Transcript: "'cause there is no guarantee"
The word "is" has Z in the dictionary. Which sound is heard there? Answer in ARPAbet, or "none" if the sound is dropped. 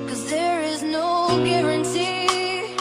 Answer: Z